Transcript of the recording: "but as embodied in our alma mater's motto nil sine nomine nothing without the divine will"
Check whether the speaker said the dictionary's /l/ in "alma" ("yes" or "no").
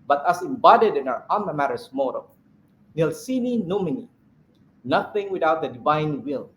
no